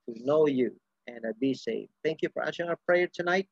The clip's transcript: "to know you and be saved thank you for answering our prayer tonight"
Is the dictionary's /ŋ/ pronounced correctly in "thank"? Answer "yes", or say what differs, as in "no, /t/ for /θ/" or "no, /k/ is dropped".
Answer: yes